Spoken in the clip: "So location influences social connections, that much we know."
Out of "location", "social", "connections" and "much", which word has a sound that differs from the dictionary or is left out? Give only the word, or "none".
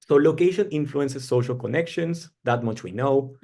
connections